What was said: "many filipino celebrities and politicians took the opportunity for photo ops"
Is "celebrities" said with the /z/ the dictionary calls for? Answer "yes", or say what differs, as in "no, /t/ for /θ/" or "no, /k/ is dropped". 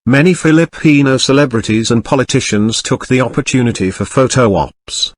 yes